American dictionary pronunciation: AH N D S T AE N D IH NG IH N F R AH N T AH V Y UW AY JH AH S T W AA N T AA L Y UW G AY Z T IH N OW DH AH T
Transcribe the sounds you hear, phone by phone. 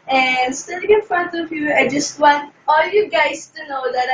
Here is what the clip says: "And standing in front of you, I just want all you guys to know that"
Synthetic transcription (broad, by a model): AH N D S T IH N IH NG IH N F R AH N T AH V Y UW AY JH AH S T W AA N T AA L Y UW G AY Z T IH N OW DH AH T